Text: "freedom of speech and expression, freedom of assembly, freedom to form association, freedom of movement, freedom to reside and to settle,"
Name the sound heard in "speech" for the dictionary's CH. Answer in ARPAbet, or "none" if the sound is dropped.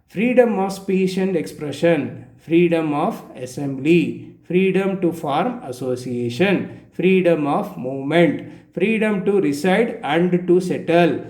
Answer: SH